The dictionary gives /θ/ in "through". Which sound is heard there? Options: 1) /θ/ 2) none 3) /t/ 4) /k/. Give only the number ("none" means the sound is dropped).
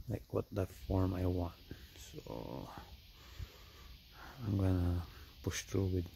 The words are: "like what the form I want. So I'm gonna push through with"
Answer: 3